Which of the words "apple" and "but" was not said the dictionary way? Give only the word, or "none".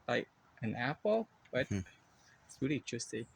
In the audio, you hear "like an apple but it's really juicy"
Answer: none